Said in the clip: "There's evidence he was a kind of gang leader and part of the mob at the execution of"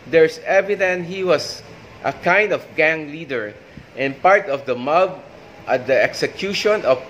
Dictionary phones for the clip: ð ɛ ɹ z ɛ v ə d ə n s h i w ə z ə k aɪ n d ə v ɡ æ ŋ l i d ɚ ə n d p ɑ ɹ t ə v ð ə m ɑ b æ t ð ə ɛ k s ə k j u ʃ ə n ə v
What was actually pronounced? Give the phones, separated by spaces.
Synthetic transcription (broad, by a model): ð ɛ ɹ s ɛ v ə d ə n h i w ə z ə k aɪ n d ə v ɡ æ ŋ l i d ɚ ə n p ɑ ɹ t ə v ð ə m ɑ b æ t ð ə ɛ k s ə k j u ʃ ə n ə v